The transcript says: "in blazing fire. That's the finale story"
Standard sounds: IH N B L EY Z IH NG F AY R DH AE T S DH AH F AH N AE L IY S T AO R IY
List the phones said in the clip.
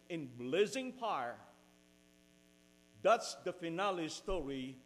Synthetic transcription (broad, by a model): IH N B L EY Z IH NG P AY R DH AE T S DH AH F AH N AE L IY S T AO R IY